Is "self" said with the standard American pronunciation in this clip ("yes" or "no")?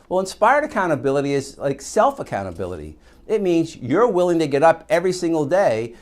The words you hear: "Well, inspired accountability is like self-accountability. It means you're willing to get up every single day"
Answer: yes